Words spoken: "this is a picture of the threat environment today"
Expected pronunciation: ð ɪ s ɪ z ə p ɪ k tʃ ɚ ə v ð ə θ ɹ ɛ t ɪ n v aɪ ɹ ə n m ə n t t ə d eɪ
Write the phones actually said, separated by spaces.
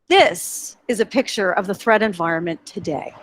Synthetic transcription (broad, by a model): ð ɪ s ɪ z ə p ɪ k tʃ ɚ ə v ð ə θ ɹ ɛ t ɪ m v aɪ ɹ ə n m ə n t t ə d eɪ